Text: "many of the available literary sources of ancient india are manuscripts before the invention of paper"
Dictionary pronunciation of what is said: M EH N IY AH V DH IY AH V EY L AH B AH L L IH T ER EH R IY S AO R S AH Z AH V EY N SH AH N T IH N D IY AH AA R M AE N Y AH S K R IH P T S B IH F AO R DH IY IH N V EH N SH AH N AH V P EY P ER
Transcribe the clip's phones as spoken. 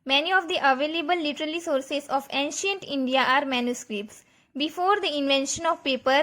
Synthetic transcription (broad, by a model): M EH N IY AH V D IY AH V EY L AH B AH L L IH T ER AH L IY S AO R S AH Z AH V EY N SH AH N T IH N D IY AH AA R M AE N Y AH S K R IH P T S B IH F AO R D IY IH N V EH N SH AH N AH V P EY P ER